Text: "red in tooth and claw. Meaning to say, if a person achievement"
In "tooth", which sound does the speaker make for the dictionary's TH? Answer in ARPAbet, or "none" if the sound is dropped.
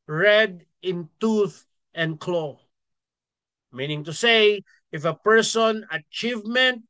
TH